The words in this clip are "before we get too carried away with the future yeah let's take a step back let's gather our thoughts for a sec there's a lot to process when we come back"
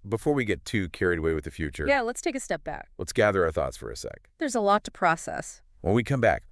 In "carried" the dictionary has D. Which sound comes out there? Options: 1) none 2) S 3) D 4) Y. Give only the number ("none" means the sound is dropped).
3